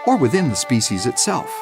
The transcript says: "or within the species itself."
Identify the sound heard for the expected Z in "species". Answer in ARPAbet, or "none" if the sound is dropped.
Z